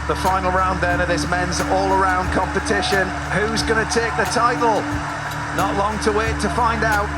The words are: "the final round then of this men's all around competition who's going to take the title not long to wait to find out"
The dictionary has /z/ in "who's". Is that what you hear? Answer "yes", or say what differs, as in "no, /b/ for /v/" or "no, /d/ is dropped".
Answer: yes